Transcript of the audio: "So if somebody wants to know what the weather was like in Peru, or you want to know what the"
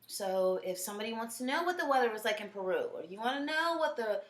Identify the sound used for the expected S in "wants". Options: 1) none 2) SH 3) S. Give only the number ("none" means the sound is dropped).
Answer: 3